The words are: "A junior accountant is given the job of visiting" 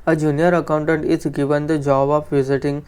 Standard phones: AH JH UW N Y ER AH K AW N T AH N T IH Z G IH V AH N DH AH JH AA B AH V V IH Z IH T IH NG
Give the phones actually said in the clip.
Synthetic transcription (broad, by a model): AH JH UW N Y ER AH K AW N T AH N T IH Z G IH V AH N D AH JH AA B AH P V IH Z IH T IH NG